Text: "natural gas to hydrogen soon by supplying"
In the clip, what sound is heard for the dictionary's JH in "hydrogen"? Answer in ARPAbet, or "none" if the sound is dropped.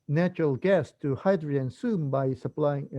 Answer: none